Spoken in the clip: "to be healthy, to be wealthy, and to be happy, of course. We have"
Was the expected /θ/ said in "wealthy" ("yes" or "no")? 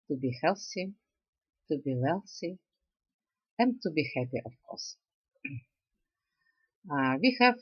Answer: no